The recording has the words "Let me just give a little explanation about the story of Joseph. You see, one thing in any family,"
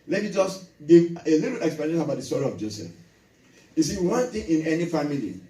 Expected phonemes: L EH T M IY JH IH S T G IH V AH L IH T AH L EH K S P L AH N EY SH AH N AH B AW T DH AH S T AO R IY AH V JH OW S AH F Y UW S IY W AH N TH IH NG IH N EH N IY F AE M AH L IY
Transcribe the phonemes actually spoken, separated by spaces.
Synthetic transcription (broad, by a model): L EH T M IY JH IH S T G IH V AH L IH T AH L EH K S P AH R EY AH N AH B AW T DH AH S T AO R IY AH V JH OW S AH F Y UW S IY W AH N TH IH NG IH N EH N IY F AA M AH L IY